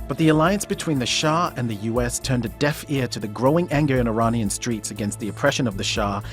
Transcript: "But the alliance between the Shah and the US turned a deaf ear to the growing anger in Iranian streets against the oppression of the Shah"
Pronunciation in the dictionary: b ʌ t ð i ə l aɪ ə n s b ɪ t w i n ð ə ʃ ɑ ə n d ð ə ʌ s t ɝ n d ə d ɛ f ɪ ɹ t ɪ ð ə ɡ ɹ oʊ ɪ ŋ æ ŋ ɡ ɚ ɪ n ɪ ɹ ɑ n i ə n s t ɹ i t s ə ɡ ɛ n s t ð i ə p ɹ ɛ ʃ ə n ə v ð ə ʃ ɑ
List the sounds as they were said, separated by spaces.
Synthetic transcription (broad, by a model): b ʌ t ð i ə l aɪ ə n s b ɪ t w i n ð ə ʃ ɑ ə n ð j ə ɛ s t ɝ n d ə d ɛ f ɪ ɹ t ɪ ð ə ɡ ɹ oʊ ɪ ŋ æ ŋ ɡ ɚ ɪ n ɪ ɹ ɑ n i ə n s t ɹ i t s ə ɡ ɛ n s t ð i ə p ɹ ɛ ʃ ə n ə v ð ə ʃ ɑ